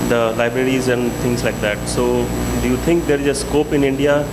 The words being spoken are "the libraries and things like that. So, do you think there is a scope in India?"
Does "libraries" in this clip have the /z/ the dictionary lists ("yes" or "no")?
yes